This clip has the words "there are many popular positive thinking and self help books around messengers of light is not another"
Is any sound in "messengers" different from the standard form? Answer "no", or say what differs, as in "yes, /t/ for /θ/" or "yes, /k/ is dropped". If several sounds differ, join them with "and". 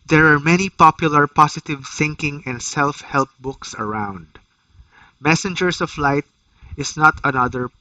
yes, /s/ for /z/